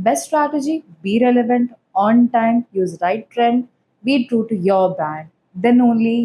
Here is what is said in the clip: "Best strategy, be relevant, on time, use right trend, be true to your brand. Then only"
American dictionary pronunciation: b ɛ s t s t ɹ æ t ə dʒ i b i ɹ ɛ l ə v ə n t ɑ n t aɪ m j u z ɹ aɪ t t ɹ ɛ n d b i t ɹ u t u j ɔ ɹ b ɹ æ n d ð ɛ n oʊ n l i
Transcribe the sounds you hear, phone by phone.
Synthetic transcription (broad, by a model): b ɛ s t s t ɹ æ t ə dʒ i b i ɹ ɛ l ə v ə n t ɑ n t aɪ m j u z ɹ aɪ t t ɹ ɛ n d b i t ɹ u t u j ɔ ɹ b æ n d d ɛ n oʊ n l i